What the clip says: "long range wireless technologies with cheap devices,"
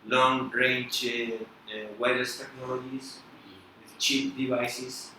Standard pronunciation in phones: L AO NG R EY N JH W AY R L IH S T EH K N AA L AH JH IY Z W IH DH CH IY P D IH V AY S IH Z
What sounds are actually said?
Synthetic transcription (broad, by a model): L AO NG R EY N JH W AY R IH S T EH K N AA L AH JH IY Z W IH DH CH IY P D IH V AY S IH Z